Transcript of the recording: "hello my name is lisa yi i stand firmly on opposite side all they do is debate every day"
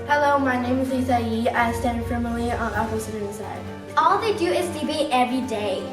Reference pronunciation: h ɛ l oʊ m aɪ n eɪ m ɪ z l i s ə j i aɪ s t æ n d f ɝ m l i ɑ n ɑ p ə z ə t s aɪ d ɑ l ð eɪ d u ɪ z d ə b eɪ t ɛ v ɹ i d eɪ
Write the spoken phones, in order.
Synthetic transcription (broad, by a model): h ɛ l oʊ m aɪ n eɪ m ɪ z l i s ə j i aɪ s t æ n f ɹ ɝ m l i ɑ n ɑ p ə s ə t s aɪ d ɑ l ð eɪ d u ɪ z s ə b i t ɛ v ɹ i d eɪ